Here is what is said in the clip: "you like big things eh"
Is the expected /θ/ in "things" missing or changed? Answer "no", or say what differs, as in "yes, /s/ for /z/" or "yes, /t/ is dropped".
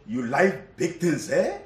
yes, /t/ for /θ/